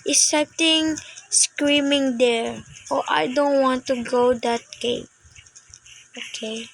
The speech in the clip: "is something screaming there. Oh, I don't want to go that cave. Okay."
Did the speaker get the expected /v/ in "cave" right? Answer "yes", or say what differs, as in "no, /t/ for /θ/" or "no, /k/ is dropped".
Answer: no, /p/ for /v/